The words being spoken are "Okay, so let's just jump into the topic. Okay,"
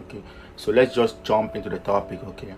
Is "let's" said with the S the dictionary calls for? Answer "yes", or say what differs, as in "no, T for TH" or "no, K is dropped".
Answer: yes